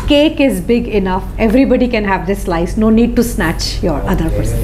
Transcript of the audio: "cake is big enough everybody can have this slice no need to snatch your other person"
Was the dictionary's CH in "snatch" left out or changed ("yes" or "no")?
no